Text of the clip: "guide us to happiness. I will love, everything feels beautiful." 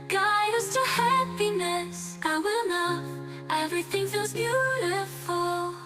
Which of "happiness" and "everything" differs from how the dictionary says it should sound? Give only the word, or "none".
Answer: none